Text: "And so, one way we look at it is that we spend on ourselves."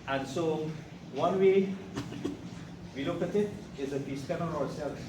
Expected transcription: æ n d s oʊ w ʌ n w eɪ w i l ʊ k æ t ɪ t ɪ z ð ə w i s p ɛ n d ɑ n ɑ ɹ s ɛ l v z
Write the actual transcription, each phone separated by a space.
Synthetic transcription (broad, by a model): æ n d s oʊ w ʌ n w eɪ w i l ʊ k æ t ɪ t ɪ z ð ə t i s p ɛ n ɑ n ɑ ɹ s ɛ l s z